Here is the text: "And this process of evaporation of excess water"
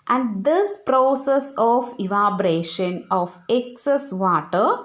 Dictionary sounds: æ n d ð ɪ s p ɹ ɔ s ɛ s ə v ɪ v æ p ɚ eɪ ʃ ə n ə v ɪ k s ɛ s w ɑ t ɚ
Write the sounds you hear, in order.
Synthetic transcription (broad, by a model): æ n d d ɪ s p ɹ ɔ s ɛ s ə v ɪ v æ b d eɪ ʃ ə n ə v ɪ k s ɛ s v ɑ t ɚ